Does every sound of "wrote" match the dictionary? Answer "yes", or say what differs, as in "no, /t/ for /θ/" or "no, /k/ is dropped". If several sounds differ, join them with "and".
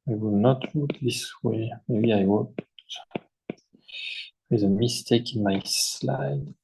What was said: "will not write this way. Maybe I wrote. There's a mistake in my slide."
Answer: no, /w/ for /ɹ/